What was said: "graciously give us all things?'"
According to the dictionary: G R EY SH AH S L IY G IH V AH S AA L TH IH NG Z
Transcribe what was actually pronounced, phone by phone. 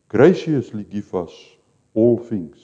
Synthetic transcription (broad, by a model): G R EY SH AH S L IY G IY F AH S AA L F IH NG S